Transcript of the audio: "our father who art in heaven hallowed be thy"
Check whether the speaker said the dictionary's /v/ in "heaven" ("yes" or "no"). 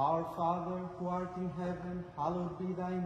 no